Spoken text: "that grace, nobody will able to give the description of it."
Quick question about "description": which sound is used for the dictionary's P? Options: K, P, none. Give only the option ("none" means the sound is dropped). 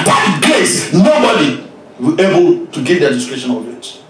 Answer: none